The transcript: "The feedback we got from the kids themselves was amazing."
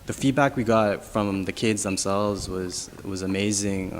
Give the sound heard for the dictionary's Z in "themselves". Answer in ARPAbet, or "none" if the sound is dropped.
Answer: Z